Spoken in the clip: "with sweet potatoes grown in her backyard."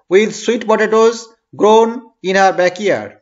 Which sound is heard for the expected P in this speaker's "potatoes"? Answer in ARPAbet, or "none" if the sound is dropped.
B